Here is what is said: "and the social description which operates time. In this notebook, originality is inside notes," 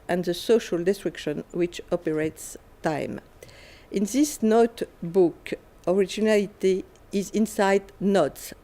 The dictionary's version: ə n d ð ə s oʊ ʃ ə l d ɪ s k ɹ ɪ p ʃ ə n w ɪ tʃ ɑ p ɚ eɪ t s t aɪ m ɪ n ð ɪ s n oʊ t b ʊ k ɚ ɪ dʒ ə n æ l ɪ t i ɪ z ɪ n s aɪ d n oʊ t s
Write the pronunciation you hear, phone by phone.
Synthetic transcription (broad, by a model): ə n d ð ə s oʊ ʃ ə l d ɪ s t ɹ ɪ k ʃ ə n w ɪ tʃ ɑ p ɚ eɪ t s t aɪ m ɪ n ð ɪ s n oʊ t b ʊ k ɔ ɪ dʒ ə n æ l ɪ t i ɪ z ɪ n s aɪ d n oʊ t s